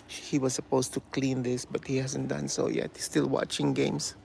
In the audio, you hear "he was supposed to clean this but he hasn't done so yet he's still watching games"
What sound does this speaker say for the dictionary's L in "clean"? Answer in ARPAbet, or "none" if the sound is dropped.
L